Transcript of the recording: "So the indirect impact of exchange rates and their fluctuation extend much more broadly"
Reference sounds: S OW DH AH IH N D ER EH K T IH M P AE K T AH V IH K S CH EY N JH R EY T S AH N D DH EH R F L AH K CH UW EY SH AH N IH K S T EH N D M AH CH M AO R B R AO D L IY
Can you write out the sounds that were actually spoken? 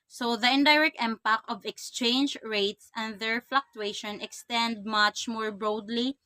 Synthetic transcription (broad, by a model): S OW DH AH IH N D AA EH K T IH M P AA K AH V IH K S CH EY N JH R EY T S AH N D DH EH R F L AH K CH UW EY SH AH N IH K S T EH N D M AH CH M AO R B R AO D L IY